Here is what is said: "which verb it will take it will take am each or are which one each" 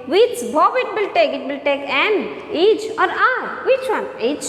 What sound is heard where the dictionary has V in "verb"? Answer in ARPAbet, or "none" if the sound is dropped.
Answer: B